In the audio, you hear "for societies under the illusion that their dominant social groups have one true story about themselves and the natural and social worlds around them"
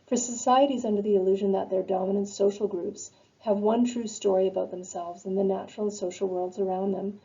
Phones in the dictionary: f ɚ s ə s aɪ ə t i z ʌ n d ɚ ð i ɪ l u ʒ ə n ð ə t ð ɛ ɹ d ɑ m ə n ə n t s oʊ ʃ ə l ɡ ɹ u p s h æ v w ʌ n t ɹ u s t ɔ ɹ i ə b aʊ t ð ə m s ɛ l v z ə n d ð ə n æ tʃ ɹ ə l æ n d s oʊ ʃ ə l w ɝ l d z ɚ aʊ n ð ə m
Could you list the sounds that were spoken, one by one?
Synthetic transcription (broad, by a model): f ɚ s ə s aɪ ə t i z ʌ n d ɚ ð i ɪ l u ʒ ə n ð ə t ð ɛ ɹ d ɑ m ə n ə n t s oʊ ʃ l ɡ ɹ u p s h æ v w ʌ n t ɹ u s t ɔ ɹ i ə b aʊ t ð ə m s ɛ l v z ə n ð ə n æ tʃ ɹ l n s oʊ ʃ l w ɝ l d z ɚ aʊ n ð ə m